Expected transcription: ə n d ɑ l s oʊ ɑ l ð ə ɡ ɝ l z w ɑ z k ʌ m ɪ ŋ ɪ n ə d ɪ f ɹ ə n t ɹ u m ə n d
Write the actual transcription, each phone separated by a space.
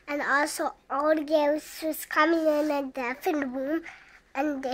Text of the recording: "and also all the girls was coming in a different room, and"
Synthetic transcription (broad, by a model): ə n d ɑ l s oʊ ɑ l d ɡ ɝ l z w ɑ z k ʌ m ɪ ŋ ɪ n ə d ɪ f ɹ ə n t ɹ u m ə n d